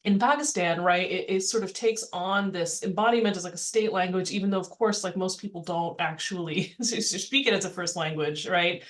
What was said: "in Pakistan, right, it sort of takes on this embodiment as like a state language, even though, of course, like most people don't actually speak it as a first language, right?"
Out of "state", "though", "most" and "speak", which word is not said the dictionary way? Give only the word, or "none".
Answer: none